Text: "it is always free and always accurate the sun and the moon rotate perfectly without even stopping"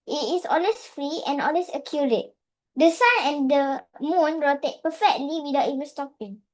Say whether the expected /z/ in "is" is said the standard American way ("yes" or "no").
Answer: no